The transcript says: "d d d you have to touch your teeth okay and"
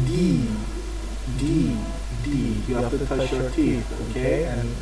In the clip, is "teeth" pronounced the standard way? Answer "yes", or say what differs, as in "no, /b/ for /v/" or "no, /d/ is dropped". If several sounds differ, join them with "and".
no, /s/ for /θ/